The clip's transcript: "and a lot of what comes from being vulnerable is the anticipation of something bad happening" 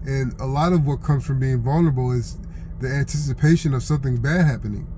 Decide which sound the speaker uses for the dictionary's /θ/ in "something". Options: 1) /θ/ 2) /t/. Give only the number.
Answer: 1